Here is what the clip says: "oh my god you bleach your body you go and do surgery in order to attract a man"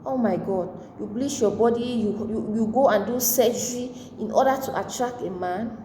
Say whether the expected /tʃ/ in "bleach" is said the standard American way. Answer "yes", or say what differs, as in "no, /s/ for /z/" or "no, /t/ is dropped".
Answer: no, /ʃ/ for /tʃ/